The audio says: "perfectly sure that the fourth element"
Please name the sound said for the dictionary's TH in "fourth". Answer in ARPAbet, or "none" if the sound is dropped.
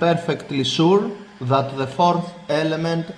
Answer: TH